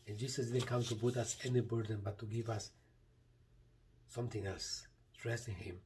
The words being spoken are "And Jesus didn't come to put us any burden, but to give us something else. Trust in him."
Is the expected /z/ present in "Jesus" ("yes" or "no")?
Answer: no